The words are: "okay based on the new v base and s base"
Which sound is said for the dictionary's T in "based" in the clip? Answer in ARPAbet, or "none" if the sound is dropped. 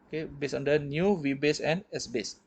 none